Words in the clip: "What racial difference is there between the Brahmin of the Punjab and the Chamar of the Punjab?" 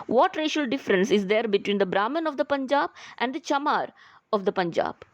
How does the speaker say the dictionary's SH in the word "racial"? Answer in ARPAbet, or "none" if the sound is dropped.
SH